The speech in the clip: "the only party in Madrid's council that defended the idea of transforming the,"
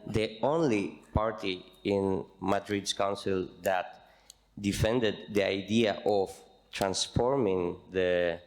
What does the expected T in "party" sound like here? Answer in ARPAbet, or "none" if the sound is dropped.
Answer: T